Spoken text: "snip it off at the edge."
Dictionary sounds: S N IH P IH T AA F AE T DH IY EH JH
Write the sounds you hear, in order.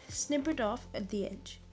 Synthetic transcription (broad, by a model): S N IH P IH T AA F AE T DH IY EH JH